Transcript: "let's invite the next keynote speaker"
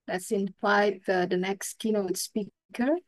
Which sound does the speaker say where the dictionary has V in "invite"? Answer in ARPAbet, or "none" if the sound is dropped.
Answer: F